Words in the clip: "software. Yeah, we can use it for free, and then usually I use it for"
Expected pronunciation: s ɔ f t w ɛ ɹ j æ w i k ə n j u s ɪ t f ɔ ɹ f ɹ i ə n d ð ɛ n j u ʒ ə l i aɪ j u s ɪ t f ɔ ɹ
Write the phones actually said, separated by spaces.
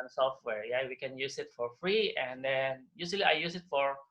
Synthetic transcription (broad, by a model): s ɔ f t w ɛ ɹ j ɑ w i k ə n j u s ɪ t f ɔ ɹ f ɹ i ə n d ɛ n j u s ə l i aɪ j u s ɪ t f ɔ ɹ